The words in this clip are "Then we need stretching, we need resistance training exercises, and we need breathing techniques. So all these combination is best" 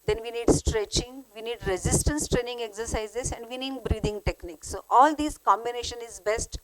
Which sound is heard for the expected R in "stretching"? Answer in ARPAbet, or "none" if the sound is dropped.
R